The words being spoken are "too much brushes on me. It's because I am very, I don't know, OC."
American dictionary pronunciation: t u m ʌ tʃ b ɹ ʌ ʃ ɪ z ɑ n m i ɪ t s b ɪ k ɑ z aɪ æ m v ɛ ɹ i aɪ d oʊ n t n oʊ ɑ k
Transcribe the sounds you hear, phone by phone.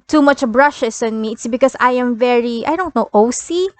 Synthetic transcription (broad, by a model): t u m ʌ tʃ b ɹ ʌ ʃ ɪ s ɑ n m i ɪ t s b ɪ k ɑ s aɪ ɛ m v ɛ ɹ i aɪ d oʊ n t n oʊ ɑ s